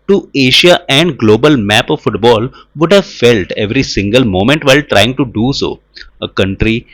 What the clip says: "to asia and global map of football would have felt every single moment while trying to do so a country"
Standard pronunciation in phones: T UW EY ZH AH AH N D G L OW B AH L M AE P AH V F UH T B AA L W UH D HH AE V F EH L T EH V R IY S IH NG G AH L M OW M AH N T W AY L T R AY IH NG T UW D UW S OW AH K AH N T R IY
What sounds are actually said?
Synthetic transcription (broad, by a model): T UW EY SH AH AH N D G L OW B AH L M AE P AH V F UH T B AA L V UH D HH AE V F EH L T EH V R IY S IH NG G AH L M OW M AH N T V AY L T R AY IH NG T UW D UW S OW AH K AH N T R IY